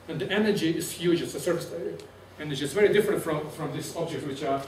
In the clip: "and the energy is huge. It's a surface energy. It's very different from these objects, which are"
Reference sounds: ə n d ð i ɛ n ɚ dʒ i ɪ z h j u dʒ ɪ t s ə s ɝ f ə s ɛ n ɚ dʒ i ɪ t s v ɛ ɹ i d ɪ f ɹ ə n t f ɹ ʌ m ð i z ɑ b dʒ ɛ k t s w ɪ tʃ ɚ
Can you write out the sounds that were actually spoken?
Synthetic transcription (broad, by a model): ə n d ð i ɛ n ɚ dʒ i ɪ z h j u dʒ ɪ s ə s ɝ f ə s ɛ n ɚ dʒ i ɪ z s v ɛ ɹ i d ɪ f ɹ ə n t f ɹ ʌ m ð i s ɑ b dʒ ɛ k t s w ɪ tʃ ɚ